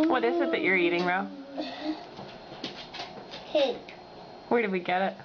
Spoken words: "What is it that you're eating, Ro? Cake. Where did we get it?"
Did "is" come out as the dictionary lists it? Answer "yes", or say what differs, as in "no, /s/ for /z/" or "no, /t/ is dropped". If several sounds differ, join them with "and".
no, /s/ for /z/